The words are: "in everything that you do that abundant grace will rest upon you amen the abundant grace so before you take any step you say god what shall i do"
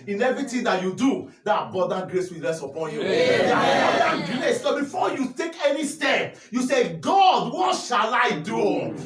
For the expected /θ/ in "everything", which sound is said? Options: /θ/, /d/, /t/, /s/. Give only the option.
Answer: /t/